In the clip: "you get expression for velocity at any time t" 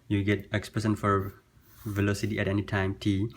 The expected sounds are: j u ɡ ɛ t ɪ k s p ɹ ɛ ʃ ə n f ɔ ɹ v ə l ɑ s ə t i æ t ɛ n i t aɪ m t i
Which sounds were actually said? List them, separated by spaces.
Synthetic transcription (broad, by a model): j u ɡ ɛ t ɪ k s p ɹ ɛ s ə n f ɔ ɹ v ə l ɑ s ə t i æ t ɛ n i t aɪ m t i